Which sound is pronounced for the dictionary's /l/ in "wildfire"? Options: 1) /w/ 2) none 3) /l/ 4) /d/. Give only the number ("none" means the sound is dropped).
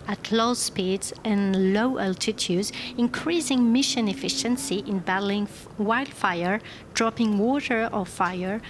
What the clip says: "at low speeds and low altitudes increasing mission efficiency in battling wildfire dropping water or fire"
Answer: 3